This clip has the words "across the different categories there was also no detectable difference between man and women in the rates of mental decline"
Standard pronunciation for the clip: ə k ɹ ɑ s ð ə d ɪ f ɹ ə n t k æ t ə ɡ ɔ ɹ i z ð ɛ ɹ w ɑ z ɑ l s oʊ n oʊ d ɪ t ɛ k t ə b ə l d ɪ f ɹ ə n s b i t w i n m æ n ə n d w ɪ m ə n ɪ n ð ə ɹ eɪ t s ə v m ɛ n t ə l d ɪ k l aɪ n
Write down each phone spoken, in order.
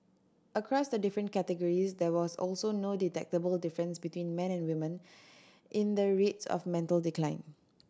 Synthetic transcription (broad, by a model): ə k ɹ ɑ s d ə d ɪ f ɹ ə n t k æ t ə ɡ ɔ ɹ i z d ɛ w ɑ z ɑ l s oʊ n oʊ d ɪ t ɛ k t ə b ə l d ɪ f ɹ ə n s b i t w i n m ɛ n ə n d w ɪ m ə n ɪ n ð ə ɹ eɪ t s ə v m ɛ n t ə l d ɪ k l aɪ n